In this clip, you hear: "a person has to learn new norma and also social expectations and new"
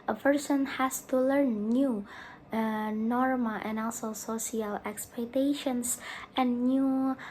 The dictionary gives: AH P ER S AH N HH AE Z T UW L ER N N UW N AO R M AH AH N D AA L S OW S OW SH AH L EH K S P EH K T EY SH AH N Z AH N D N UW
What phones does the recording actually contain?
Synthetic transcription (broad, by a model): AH P ER S AH N HH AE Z T UW L ER N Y UW N AO R M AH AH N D AA L S OW S OW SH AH L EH K S P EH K T EY SH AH N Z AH N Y UW